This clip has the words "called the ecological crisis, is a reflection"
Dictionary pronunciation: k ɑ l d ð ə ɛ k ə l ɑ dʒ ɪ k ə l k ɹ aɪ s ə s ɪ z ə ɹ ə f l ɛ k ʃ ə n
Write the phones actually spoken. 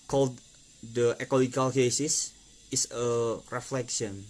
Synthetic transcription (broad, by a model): k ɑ l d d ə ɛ k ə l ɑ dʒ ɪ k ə l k ɛ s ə s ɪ s ə ɹ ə f l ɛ k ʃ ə n